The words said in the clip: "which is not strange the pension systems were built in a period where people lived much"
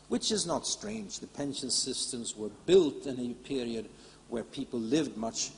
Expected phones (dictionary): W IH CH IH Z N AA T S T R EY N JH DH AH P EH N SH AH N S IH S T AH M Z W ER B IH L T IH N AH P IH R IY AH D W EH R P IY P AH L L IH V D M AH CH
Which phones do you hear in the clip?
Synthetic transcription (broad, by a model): W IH CH IH Z N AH T S T R EY N JH DH AH P EH N SH AH N S IH S T AH M Z W ER B IH L T IH N AH P IH R IY AH D W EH R P IY P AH L L IH V D M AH CH